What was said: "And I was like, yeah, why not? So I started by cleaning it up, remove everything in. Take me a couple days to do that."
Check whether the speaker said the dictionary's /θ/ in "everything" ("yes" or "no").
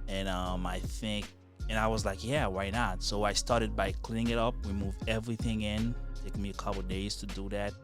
yes